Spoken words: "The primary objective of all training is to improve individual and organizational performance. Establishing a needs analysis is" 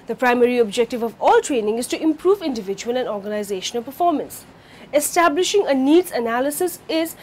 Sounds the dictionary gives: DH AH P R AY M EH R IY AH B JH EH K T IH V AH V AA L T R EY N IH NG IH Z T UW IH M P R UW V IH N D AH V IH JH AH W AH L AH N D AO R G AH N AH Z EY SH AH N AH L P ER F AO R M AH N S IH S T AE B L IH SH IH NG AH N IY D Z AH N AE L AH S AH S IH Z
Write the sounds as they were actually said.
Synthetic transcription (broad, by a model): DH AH P R AY M EH R IY AH B JH EH K T IH V AH V AA L T R EY N IH NG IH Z T UW IH M P R UW V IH N D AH V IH JH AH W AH L AH N D AO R G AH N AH Z EY SH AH N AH L P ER F AO R M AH N S IH S T AE B L IH SH IH NG AH N IY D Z AH N AE L AH S AH S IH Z